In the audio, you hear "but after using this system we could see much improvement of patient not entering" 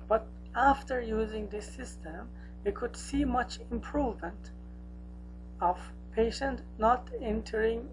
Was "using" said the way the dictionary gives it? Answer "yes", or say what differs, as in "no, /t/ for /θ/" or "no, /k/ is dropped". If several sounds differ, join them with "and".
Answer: yes